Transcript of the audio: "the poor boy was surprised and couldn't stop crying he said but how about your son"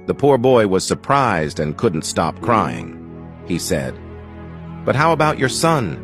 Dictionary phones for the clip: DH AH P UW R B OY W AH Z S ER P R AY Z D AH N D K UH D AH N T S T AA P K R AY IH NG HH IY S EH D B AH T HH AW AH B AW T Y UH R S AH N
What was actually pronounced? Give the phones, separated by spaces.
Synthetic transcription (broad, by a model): DH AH P UW R B OY W AH Z S ER P R AY Z D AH N K UH D N T S T AA P K R AY IH NG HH IY S EH D B AH T HH AW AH B AW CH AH R S AH N